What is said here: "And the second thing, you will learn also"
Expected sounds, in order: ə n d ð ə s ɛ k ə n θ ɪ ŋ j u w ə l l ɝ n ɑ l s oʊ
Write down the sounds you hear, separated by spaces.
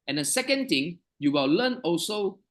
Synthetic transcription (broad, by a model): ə n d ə s ɛ k ə n t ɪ ŋ j u w ə l l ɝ n ɑ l s oʊ